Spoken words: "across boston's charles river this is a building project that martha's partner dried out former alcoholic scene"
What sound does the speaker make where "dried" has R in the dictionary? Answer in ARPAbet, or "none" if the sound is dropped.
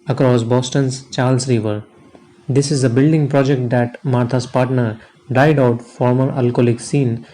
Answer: none